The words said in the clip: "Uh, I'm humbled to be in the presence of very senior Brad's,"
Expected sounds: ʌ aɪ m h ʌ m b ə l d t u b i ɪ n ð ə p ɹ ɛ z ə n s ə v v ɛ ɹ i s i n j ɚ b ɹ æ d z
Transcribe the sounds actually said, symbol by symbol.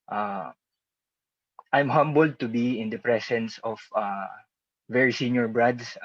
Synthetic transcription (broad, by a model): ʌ aɪ m h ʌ m b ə l d t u b i ɪ n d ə p ɹ ɛ s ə n s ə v v ɛ ɹ i s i n j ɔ b ɹ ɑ d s